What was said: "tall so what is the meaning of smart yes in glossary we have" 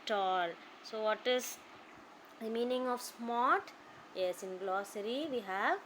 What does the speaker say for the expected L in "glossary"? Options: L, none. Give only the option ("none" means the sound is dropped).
L